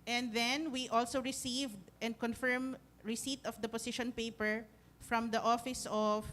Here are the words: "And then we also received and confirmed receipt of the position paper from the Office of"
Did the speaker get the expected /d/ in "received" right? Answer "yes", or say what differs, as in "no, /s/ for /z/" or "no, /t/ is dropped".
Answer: yes